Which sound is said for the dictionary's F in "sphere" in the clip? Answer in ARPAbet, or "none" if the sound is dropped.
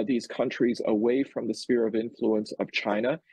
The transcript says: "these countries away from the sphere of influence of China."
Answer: F